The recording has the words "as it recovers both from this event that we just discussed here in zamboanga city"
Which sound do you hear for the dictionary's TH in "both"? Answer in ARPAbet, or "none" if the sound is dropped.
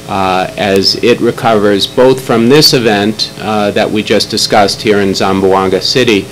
TH